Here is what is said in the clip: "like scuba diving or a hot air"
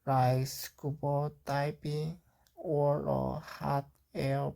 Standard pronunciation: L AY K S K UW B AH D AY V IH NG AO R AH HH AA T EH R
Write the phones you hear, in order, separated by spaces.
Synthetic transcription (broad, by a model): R AY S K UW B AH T AY P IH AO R AH HH AA T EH